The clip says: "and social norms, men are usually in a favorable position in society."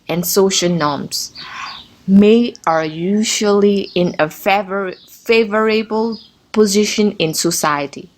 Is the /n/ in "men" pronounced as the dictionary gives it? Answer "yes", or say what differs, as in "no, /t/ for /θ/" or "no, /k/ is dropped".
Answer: no, /n/ is dropped